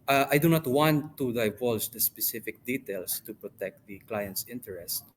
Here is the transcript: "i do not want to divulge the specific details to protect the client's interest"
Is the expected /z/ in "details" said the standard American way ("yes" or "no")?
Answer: no